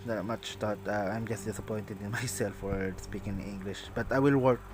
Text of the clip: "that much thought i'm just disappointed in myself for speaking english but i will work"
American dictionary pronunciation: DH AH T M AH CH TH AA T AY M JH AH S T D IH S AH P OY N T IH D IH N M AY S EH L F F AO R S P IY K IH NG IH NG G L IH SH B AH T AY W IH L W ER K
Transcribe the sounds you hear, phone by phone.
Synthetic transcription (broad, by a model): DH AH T M AH CH T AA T AY M JH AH S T D IH S AH P OY N T IH D IH N M AY S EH L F F AO R S P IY K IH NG IH NG G L IH SH B AH T AY W IH L W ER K